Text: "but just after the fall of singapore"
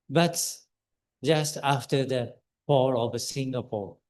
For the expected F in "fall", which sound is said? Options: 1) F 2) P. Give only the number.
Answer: 2